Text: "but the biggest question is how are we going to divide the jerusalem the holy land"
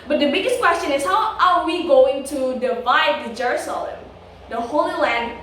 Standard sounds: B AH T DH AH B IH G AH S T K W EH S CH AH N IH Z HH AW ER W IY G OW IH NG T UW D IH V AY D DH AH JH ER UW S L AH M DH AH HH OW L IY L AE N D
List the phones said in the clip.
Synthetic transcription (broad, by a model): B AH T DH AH B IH G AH S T K W EH S CH AH N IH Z HH AW ER W IY G OW IH NG T UW D IH V AY D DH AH JH ER UW S L AH M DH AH HH OW L IY L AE N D